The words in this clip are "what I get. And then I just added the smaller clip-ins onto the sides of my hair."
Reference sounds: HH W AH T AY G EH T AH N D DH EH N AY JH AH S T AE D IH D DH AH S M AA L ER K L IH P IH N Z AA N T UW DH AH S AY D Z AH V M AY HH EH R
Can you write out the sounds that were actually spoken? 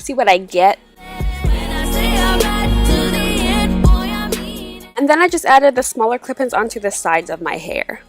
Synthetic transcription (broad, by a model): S W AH T AY G EH T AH N DH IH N AY JH AH S T AE D IH D DH AH S M AA L ER K L IH P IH N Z AA N T UW DH AH S AY D Z AH V M AY HH EH R